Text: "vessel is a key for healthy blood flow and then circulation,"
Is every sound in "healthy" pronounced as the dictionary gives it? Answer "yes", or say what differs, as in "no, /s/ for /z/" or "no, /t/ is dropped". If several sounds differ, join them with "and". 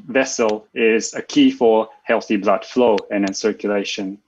yes